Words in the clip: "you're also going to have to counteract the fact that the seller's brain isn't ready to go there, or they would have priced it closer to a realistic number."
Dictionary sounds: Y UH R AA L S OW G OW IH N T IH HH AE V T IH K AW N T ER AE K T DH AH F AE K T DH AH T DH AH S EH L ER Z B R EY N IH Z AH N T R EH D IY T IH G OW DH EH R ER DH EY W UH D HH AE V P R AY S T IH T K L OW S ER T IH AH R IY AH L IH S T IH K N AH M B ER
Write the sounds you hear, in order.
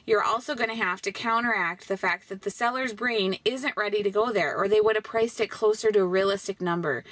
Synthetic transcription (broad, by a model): Y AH R AA L S OW G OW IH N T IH HH AE F T IH K AW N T ER AE K T DH AH F AE K T DH AH T DH AH S EH L ER Z B R EY N IH Z AH N T R EH D IY T IH G OW DH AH R ER DH EY W UH D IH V P R AY S T IH T K L OW S ER T IH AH R IY AH L IH S T IH K N AH M B ER